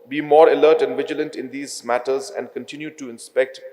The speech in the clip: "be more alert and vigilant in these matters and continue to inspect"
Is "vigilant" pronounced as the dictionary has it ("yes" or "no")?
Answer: yes